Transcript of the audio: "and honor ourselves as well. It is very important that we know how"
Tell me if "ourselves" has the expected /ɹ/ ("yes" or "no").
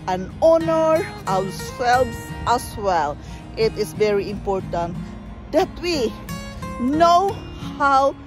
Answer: no